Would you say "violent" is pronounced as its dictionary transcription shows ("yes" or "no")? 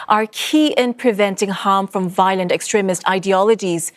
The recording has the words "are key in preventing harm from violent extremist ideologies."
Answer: yes